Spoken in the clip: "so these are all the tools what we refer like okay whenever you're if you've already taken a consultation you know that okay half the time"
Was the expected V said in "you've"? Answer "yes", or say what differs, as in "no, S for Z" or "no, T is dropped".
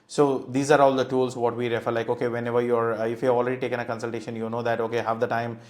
no, V is dropped